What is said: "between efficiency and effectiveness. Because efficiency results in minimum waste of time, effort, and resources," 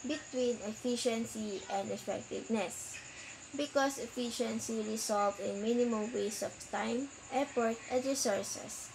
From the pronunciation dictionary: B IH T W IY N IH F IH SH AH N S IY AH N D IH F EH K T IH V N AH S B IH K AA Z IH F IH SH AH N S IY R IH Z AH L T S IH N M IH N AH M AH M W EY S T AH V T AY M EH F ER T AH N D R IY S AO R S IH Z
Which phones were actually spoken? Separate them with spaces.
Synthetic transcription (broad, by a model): B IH T W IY N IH F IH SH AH N S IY AH N D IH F EH K T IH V N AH S B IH K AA S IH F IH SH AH N S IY R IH S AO L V IH N M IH N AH M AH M W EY S AH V T AY M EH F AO T AH N D R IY S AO R S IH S